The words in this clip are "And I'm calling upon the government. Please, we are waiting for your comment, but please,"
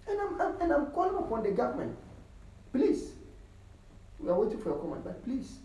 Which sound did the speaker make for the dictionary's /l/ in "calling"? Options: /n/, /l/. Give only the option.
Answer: /l/